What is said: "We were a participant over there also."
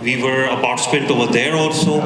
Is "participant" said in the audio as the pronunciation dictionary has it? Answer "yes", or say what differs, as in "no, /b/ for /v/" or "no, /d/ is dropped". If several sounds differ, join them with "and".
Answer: no, /n/ is dropped